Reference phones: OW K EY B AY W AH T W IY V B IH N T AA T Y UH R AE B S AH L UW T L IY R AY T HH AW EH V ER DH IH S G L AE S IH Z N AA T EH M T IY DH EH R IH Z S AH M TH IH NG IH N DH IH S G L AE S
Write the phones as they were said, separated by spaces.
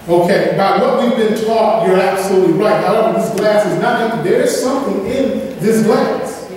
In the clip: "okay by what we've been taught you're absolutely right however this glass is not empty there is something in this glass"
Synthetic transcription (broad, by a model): OW K EY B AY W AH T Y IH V B IH N T AA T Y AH R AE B S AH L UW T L IY R AY T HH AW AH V DH IH S G L AE S IH Z N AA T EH T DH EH R IH Z S AH M TH IH NG IH N DH IH S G L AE S